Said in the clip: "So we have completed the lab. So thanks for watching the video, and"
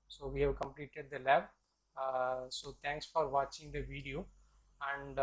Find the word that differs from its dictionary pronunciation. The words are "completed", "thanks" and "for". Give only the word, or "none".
thanks